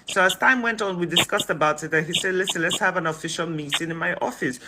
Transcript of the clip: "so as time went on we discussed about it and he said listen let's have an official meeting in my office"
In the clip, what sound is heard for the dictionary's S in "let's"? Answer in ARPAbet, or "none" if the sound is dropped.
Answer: S